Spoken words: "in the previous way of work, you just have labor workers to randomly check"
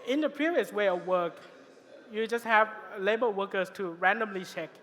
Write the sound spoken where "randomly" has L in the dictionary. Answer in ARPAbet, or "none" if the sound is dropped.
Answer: L